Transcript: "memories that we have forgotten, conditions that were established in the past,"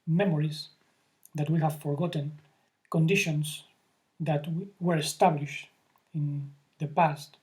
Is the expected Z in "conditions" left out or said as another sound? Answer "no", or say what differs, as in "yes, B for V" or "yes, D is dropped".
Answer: yes, S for Z